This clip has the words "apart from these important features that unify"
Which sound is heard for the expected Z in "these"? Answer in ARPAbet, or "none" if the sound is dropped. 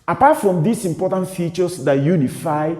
S